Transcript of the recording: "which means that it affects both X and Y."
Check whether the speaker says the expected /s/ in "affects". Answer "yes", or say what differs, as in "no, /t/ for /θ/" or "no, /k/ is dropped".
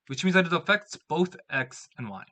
yes